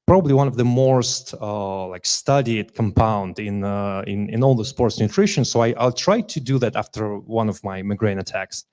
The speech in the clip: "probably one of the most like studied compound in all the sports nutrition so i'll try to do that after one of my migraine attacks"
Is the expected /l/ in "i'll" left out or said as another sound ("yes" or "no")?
no